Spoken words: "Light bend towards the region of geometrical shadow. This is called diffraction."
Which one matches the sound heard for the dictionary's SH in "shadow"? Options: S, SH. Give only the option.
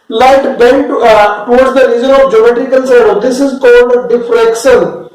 S